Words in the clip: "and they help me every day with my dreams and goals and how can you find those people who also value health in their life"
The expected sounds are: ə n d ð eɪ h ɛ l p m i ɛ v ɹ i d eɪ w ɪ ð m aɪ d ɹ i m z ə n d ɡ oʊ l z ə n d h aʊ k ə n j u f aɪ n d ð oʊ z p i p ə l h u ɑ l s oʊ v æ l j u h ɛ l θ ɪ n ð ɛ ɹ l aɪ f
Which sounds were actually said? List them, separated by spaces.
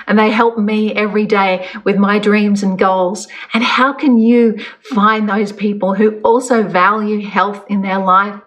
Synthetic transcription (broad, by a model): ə n ð eɪ h ɛ l p m i ɛ v ɹ i d eɪ w ɪ ð m aɪ d ɹ i m z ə n ɡ oʊ l z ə n h aʊ k ə n j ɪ f aɪ n ð oʊ z p i p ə l h u ɑ l s oʊ v æ l j u h ɛ l θ ɪ n ð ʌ ɹ l aɪ f